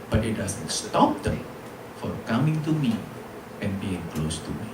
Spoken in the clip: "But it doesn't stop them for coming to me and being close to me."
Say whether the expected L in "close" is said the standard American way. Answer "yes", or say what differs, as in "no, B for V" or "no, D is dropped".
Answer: yes